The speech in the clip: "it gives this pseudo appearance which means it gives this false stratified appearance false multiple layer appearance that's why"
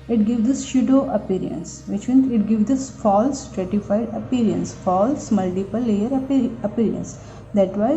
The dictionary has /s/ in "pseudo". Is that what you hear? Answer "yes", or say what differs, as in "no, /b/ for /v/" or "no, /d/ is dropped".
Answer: no, /ʃ/ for /s/